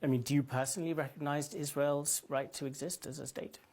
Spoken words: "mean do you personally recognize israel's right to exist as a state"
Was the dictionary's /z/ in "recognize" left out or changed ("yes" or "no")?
no